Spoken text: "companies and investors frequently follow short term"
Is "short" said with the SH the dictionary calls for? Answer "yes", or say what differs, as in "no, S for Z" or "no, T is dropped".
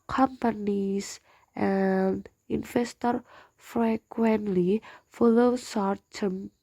no, S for SH